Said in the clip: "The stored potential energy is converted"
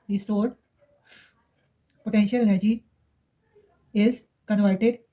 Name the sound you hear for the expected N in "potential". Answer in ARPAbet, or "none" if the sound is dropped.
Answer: N